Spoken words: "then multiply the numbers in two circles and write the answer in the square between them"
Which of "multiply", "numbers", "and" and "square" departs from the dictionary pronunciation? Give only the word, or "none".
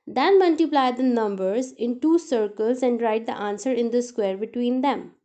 none